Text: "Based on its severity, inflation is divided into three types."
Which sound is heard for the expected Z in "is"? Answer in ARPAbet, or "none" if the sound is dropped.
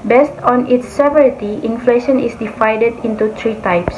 S